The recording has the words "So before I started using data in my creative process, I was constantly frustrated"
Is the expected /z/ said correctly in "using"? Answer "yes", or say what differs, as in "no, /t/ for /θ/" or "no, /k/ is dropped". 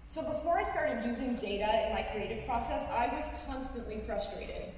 yes